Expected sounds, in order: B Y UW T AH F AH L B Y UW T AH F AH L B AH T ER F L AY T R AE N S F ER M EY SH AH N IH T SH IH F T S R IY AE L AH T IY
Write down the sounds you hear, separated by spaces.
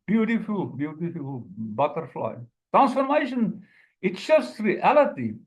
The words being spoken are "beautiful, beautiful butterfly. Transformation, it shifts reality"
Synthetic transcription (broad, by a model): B Y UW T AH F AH L B Y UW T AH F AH L B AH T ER F L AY T R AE N S F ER M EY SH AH N IH T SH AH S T R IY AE L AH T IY